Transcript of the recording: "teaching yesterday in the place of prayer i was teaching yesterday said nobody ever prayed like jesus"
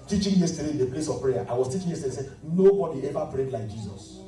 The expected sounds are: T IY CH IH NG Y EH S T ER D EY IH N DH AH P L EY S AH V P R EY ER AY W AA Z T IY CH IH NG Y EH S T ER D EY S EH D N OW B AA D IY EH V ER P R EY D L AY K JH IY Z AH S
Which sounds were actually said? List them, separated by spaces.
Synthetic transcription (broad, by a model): T IY CH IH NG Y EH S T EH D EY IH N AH P L EY S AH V P R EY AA AY W AA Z T IY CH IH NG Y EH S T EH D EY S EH N OW B AA D IY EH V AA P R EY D L AY K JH IY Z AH S